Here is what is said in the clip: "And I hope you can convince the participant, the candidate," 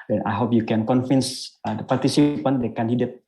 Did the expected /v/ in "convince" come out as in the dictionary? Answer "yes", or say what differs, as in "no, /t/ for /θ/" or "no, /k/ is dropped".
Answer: no, /f/ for /v/